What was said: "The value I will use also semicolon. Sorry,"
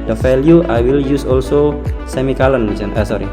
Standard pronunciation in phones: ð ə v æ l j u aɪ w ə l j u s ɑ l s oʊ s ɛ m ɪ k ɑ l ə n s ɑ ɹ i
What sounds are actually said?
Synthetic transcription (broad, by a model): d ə f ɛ l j u aɪ w ə l j u s ɑ l s oʊ s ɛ m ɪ k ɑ l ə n s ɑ ɹ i